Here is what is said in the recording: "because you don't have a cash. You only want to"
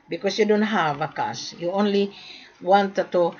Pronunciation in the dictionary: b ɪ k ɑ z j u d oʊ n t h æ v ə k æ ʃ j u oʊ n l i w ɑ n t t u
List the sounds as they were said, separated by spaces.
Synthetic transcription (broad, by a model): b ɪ k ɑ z j u d oʊ n t h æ v ə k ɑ s j u oʊ n l i w ɑ n t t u